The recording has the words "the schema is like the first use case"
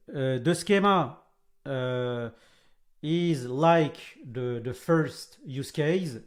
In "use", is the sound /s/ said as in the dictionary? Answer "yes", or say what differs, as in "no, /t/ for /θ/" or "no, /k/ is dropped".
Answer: yes